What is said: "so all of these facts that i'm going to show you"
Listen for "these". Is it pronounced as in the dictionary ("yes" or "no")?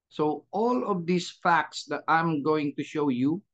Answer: no